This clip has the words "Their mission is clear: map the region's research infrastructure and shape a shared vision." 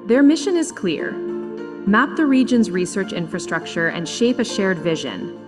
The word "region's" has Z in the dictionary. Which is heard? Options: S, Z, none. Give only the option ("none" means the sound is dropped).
Z